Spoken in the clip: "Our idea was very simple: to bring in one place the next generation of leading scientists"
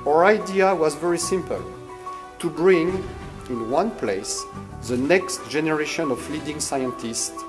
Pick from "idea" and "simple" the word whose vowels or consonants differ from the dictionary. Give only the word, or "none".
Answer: none